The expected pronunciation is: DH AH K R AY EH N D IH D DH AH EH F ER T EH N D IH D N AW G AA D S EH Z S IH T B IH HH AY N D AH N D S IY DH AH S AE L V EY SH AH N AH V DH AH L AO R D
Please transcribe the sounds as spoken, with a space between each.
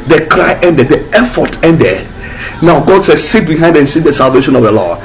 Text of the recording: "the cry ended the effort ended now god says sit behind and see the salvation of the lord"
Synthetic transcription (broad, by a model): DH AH K R AY EH N D IH D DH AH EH F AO T EH N D IH D N AW G AA D S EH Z S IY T B IH HH AY N D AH N S IY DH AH S AE L V EY SH AH N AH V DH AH L AO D